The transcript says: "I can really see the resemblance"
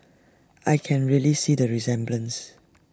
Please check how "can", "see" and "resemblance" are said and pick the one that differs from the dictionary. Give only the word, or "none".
none